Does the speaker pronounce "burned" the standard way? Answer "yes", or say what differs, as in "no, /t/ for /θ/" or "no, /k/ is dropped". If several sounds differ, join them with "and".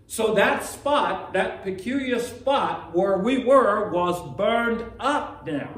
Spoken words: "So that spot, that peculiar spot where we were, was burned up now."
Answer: yes